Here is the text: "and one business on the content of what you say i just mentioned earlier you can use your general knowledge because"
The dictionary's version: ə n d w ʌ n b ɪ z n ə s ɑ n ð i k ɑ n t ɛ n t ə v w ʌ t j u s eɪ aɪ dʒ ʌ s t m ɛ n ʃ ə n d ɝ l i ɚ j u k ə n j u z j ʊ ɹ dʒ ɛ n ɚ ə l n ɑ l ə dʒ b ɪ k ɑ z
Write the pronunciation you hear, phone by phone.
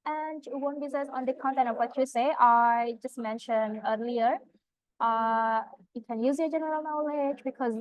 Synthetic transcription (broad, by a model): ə n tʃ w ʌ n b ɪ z ə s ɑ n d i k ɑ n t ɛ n ə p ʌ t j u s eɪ aɪ dʒ ʌ s t m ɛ n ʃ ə n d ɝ l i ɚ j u k ə n j u z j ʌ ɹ dʒ ɛ n ɚ ə l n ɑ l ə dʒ b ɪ k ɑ z